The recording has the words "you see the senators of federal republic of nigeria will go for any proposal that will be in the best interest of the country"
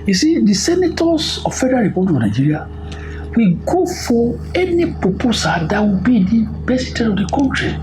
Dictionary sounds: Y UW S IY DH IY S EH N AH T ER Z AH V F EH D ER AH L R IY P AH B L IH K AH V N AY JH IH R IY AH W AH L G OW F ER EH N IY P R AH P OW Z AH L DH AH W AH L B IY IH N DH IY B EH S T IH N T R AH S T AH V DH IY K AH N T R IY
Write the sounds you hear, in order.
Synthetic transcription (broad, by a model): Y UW S IY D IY S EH N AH T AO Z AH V F EH D ER AH L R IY P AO B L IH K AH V N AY JH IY R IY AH W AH G OW F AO EH N IY P R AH P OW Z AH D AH W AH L B IY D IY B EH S IY T AH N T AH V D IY K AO N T R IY